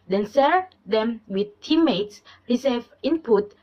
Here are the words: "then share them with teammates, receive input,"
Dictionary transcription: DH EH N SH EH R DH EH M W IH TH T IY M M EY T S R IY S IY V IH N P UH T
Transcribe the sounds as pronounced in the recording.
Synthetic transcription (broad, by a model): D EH N S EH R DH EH M W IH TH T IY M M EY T S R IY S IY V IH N P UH T